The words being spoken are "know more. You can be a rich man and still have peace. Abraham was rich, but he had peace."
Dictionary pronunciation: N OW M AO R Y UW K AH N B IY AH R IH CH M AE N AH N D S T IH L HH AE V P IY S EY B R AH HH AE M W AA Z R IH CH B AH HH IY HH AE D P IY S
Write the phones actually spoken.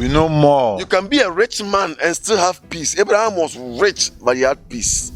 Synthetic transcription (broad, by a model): N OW M AO Y UW K AH N B IY AH R IH CH M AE N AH N S T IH L HH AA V P IY S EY B R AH HH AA M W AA S R IH CH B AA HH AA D P IY S